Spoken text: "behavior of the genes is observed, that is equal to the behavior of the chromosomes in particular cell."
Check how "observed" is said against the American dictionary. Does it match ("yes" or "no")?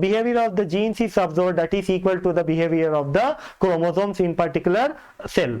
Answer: no